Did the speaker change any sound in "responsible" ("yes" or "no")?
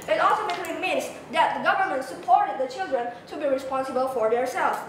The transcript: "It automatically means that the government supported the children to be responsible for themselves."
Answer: no